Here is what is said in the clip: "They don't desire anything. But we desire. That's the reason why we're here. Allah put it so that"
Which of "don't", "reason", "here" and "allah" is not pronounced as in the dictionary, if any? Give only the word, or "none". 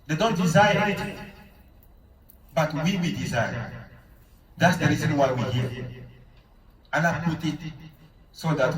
allah